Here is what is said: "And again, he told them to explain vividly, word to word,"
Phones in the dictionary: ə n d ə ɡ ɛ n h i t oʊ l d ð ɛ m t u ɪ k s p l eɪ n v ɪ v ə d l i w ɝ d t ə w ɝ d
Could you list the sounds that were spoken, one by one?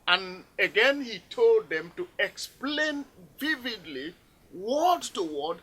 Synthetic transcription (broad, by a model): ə n ə ɡ ɛ n h i t oʊ l d ð ɛ m t u ɪ k s p l eɪ n v ɪ v ə d l i w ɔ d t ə w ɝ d